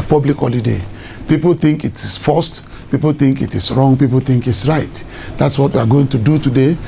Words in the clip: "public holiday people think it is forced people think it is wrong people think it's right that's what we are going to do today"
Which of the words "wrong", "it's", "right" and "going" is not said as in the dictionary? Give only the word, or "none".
none